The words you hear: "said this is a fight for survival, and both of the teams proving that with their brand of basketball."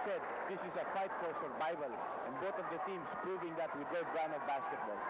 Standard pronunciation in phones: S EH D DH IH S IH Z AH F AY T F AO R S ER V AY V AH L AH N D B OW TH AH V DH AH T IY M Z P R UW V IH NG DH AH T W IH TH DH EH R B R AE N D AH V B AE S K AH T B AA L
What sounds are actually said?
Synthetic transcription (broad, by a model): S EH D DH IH S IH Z AH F AY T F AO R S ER B AY B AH L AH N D B OW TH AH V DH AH T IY M S P R UW V IH NG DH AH T W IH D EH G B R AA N AH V B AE S K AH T B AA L